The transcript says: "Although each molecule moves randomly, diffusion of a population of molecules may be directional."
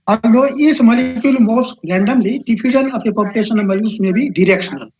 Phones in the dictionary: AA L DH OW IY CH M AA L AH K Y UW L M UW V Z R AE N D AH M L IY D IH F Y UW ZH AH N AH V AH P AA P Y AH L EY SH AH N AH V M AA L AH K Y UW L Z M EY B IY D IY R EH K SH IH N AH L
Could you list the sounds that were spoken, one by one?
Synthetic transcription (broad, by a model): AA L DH OW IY S M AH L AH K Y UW L M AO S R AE N D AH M L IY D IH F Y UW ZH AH N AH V AH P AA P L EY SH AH N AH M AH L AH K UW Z M EY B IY D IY R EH K SH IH N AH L